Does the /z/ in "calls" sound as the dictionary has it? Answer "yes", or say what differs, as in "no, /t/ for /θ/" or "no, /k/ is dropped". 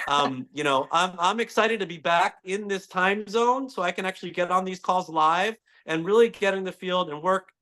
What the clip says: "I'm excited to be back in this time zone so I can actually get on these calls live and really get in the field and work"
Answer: yes